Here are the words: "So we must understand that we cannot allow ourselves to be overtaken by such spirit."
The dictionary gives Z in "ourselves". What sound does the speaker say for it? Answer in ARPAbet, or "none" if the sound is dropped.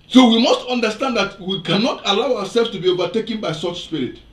S